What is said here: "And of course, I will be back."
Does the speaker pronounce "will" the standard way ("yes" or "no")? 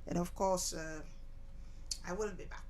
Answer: no